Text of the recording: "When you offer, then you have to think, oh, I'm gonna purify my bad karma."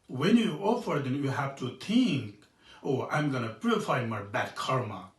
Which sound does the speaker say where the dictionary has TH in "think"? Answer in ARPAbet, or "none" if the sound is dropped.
T